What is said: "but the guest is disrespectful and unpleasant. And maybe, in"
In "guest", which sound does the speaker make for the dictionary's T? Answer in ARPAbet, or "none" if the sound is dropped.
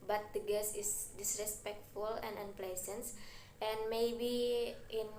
none